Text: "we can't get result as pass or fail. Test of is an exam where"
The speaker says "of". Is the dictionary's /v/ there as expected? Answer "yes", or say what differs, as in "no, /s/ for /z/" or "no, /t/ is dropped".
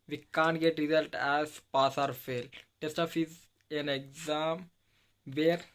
no, /f/ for /v/